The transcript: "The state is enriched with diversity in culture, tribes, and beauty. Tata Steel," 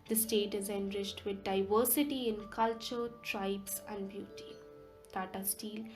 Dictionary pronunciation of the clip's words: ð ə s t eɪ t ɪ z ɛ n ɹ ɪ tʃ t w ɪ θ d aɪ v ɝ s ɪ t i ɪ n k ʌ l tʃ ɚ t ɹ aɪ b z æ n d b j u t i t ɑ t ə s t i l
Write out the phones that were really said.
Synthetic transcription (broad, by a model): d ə s t eɪ t ɪ z ɛ n ɹ ɪ tʃ t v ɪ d d aɪ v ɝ s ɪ t i ɪ n k ʌ l tʃ ɚ t ɹ aɪ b s æ n d b j u t i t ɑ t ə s t i l